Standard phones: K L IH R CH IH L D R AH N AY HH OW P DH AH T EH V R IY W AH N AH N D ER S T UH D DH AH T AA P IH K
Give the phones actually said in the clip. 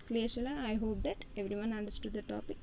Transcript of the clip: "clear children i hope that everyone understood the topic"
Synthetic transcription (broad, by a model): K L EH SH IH L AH AY HH OW P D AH T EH V R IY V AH N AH N D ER S T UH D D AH T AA P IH K